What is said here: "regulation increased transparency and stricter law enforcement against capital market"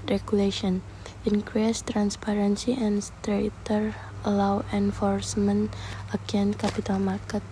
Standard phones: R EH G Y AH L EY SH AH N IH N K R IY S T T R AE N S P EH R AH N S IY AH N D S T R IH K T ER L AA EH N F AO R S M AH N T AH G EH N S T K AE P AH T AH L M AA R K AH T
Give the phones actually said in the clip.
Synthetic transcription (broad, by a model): R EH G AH L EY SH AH N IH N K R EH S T T R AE N S P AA R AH N S IY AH N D S T R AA T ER L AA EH N F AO R S M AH N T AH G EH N K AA P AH T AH L M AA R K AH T